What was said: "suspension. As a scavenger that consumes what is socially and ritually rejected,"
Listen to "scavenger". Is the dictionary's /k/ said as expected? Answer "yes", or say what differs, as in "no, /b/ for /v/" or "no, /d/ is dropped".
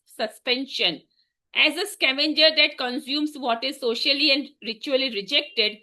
yes